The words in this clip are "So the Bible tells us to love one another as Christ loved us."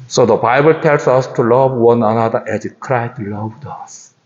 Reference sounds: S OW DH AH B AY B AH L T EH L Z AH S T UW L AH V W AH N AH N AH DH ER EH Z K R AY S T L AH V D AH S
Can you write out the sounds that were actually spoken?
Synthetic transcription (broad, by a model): S OW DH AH B AY B AH L T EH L S AH S T UW L AH V W AH N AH N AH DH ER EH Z K R AY S T L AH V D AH S